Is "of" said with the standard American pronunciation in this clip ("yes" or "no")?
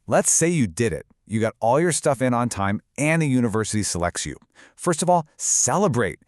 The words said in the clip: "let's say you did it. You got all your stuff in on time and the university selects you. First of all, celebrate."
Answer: yes